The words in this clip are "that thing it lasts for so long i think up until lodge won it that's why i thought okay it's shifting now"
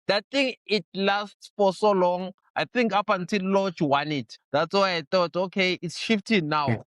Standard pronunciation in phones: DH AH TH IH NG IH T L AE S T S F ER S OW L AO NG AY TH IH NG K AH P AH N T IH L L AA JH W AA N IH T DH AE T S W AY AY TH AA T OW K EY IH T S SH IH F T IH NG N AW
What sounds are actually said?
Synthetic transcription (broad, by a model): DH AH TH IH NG IH T L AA S T S F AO S OW L AO NG AY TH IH NG K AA P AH N T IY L L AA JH W AA N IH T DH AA T S W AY AY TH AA T OW K EY IH T S SH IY F T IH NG N AW